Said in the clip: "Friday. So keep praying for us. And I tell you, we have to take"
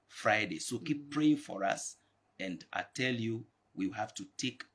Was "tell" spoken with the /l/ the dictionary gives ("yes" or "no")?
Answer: yes